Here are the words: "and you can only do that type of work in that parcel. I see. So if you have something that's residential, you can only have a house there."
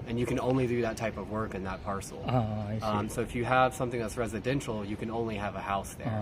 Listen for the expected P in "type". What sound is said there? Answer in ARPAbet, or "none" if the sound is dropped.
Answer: P